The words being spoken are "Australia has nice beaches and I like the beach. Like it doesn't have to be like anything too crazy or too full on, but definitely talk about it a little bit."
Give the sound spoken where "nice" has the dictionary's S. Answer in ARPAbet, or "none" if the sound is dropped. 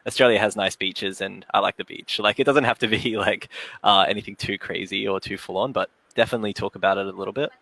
S